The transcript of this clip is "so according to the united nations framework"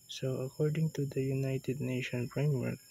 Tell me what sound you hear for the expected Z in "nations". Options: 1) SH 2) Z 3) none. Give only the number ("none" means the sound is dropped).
3